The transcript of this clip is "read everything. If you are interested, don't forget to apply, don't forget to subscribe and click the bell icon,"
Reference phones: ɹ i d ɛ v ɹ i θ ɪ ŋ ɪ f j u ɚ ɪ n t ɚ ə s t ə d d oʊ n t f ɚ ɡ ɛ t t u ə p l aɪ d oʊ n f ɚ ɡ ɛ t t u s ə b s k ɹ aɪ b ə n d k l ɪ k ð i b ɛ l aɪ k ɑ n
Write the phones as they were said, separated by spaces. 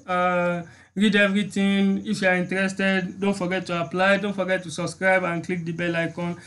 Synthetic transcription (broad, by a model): ɹ i d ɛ v ɹ i t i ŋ ɪ f j u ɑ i n t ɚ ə s t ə d d oʊ n t f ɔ ɡ ɛ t t u ə p l aɪ d oʊ n f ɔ ɡ ɛ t t u s ə b s k ɹ aɪ b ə n k l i k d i b ɛ l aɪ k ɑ n